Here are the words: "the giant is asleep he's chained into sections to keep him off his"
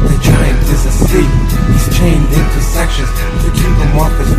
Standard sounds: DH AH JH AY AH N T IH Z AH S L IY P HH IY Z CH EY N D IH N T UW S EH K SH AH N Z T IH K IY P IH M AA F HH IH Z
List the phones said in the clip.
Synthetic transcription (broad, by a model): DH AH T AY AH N IH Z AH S IY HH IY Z CH EY N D IH N T UW S EH K SH AH N Z T IH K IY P IH M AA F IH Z